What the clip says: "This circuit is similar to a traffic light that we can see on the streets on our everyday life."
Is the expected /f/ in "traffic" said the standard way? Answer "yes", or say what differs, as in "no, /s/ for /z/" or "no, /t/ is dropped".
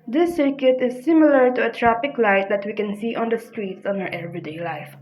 no, /p/ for /f/